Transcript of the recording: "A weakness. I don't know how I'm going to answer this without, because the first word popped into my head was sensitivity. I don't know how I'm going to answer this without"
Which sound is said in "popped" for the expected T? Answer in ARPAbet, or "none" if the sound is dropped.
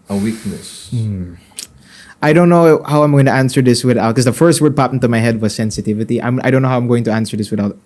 none